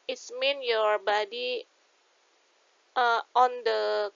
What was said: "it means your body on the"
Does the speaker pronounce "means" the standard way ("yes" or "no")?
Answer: no